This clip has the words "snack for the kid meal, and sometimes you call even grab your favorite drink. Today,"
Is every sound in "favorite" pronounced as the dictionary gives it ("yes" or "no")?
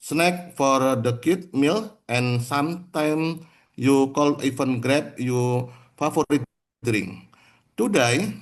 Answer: no